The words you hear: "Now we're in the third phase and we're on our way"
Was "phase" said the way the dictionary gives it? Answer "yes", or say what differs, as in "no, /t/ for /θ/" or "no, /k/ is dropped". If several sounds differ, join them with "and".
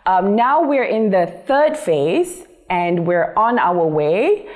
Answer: yes